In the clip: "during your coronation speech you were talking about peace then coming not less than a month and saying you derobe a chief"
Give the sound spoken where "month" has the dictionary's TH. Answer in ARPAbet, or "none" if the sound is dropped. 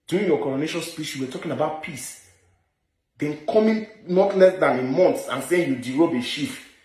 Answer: S